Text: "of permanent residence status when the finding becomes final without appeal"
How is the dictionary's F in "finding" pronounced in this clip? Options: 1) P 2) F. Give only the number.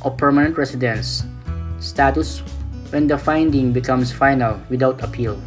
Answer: 2